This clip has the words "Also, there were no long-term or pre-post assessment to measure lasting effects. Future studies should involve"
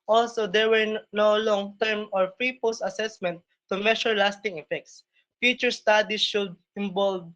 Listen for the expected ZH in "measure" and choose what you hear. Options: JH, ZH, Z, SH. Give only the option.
SH